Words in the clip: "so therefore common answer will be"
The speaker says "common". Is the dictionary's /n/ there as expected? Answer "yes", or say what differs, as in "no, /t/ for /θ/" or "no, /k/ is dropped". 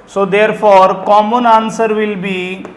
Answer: yes